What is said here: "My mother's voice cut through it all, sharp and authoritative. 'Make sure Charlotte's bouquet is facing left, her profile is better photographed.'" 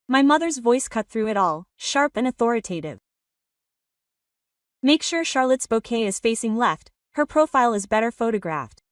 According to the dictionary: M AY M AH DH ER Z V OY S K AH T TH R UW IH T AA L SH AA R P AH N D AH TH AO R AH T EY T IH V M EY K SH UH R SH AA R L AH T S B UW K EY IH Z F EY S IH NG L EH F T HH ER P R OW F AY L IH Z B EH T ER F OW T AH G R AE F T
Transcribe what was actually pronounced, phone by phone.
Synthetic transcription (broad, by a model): M AY M AH DH ER Z V OY S K AH T TH R UW IH T AA L SH AA R P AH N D AH TH AO R AH T EY T IH V M EY K SH UH R SH AA R L AH T S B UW K EY IH Z F EY S IH NG L EH F T HH ER P R OW F AY L IH Z B EH T ER F OW T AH G R AE F T